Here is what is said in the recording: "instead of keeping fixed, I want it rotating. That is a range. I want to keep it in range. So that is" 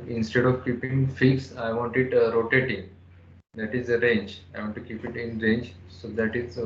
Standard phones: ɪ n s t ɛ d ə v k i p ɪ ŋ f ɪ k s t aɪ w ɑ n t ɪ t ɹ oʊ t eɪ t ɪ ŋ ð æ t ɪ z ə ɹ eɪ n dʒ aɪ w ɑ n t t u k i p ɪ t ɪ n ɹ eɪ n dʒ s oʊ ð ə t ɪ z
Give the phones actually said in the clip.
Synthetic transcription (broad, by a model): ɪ n s t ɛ d ə v k i p ɪ ŋ f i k s aɪ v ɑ n t ɪ t ɹ oʊ t eɪ t ɪ ŋ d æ t ɪ z ə ɹ eɪ n dʒ aɪ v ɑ n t t u k i p ɪ t ɪ n ɹ eɪ n dʒ s oʊ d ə t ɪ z